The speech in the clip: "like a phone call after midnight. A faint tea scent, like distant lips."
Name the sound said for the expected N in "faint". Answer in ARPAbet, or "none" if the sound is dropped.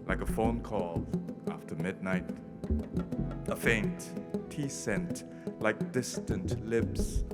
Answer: N